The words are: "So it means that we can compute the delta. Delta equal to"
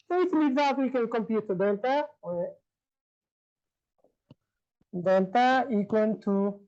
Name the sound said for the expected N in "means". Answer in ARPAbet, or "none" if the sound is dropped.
none